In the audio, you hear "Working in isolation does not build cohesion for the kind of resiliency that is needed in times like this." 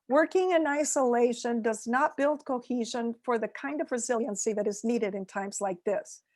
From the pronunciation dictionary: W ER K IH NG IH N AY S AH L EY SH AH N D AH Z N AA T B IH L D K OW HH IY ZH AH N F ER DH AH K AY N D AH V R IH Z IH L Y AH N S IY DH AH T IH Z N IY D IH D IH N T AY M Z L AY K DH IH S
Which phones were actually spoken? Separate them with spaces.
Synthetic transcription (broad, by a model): W ER K IH NG IH N AY S AH L EY SH AH N D AH Z N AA T B IH L D K OW HH IY ZH AH N F ER DH AH K AY N D AH V R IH Z IH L Y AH N S IY DH AH T IH Z N IY D IH D IH N T AY M Z L AY K DH IH S